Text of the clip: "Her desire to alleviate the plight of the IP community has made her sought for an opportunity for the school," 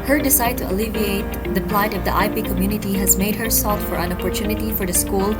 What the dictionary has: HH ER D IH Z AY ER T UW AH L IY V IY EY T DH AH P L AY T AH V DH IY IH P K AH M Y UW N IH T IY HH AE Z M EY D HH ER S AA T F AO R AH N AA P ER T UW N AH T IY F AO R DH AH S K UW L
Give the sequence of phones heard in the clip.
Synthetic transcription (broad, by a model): HH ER D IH S AY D T UW AH L IY V IY EY T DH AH P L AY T AH V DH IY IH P K AH M Y UW N IH T IY HH AE Z M EY D HH ER S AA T F AO R AH N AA P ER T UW N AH T IY F AO R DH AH S K UW L